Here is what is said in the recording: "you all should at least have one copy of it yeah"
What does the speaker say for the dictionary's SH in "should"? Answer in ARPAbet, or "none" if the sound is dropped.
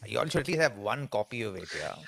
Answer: S